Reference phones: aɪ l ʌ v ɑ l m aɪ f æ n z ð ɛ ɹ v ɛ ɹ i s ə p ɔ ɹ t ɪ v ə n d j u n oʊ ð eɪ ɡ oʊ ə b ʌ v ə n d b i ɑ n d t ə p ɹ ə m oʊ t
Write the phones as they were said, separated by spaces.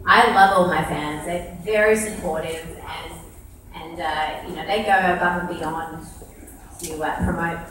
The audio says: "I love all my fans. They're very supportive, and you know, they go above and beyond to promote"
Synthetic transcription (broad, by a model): aɪ l ʌ v ɑ l m aɪ f æ n z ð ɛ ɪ v ɛ ɹ i s ə p ɔ ɹ t ɪ v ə n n j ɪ n oʊ ð eɪ ɡ oʊ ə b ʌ p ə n b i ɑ n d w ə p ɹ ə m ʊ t